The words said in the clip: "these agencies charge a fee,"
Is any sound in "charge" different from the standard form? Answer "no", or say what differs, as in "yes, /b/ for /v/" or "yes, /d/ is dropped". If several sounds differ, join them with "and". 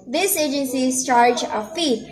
no